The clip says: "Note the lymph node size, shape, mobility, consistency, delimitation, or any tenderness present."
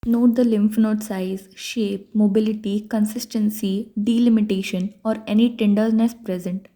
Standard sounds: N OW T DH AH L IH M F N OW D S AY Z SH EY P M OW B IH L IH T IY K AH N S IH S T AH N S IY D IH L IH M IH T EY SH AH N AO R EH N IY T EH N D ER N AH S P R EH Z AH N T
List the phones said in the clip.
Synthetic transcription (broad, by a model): N OW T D AH L IH M F N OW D S AY Z SH EY P M OW B IH L IH T IY K AH N S IH S T AH N S IY D IH L IH M IH T EY SH AH N AO R EH N IY T EH N D ER N AH S P R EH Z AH N T